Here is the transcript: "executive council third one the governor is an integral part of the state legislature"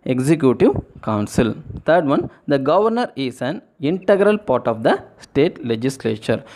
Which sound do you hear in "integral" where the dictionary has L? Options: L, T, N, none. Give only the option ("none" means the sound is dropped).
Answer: L